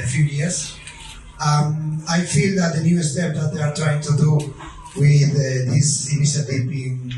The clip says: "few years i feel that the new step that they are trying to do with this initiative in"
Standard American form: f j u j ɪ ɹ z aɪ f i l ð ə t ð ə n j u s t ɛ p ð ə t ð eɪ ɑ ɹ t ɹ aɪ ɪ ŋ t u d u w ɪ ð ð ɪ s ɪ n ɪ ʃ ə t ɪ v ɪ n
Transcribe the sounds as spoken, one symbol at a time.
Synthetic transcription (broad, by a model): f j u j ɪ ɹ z aɪ f i l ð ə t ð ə n j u s t ɛ p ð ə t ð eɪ ɑ ɹ t ɹ aɪ ɪ ŋ t u d u w ɪ ð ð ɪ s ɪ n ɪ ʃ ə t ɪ p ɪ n